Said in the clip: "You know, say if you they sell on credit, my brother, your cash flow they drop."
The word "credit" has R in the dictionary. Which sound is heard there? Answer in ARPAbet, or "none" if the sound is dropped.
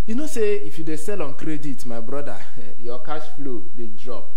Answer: R